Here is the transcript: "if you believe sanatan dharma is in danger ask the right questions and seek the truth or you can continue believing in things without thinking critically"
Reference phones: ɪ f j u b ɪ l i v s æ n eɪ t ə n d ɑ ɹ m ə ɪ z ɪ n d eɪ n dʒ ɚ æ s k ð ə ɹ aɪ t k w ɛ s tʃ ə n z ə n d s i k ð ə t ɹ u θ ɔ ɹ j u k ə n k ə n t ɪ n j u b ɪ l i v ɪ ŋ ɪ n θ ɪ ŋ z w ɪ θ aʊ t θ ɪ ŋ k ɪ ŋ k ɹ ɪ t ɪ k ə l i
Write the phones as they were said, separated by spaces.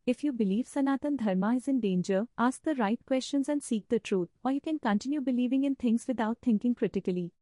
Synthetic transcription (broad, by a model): ɪ f j u b ɪ l i v s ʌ n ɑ t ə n d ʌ ɹ m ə ɪ z ɪ n d eɪ n dʒ ɚ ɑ s k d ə ɹ aɪ t k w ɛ s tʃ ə n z ə n d s i k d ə t ɹ u t ɔ ɹ j u k ə n k ə n t ɪ n j u b ɪ l i v ɪ ŋ ɪ n t ɪ ŋ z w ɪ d aʊ t t ɪ ŋ k ɪ ŋ k ɹ ɪ t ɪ k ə l i